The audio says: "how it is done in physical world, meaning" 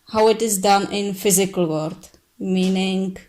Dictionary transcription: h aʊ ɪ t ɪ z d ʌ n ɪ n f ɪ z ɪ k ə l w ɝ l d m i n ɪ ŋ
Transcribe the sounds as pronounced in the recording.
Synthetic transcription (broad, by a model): h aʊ ɪ t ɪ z d ʌ n ɪ n f ɪ z ɪ k ə l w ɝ d m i n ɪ ŋ